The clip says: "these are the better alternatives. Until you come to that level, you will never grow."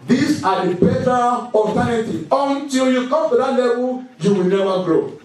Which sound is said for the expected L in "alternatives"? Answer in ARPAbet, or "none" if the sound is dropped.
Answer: none